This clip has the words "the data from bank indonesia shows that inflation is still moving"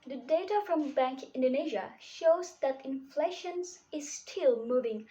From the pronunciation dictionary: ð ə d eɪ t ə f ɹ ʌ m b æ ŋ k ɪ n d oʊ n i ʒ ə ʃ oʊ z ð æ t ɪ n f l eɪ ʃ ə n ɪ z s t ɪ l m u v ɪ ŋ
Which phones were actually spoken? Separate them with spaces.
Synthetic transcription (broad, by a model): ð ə d eɪ t ə f ɹ ʌ m b æ ŋ k ɪ n d oʊ n i ʒ ə ʃ oʊ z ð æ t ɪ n f l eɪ ʃ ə n ɪ z s t ɪ l m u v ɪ ŋ